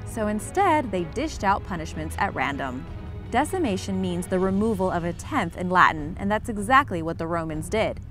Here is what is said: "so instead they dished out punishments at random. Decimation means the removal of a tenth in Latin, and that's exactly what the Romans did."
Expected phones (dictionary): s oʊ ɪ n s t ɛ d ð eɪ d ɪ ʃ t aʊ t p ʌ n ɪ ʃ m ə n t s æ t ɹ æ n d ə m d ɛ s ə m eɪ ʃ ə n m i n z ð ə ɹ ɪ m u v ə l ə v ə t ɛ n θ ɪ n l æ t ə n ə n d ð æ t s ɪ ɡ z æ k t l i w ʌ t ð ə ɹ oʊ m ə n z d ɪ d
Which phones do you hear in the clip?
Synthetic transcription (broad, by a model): s oʊ ɪ n s t ɛ d ð eɪ d ɪ ʃ t aʊ t p ʌ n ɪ ʃ m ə n t s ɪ t ɹ æ n d ə m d ɛ s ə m eɪ ʃ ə n m i n z ð ə ɹ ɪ m u v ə l ə v ə t ɛ n θ ɪ n l æ t n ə n ð æ t s ɪ ɡ z æ k t l i w ʌ t ð ə ɹ oʊ m ə n z d ɪ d